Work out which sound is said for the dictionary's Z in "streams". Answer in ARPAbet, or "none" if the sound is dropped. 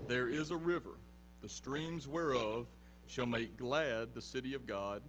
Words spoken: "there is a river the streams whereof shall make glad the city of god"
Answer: Z